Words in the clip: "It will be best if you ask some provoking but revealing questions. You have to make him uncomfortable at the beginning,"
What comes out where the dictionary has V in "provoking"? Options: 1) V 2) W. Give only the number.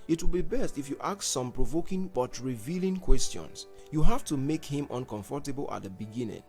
1